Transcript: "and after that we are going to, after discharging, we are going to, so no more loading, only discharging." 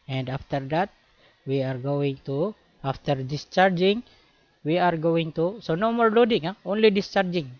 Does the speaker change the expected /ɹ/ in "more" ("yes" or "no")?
yes